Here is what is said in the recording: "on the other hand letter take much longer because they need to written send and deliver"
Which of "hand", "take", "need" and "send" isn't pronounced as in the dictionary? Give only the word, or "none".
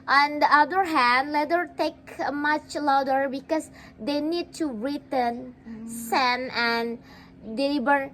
send